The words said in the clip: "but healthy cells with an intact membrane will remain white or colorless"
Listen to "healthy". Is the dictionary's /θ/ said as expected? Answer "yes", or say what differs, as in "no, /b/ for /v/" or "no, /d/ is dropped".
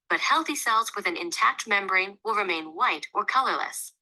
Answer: yes